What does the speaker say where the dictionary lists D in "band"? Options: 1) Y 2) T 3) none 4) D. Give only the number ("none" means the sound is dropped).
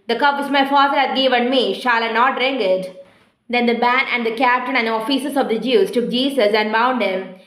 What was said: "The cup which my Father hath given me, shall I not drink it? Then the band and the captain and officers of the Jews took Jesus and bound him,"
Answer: 3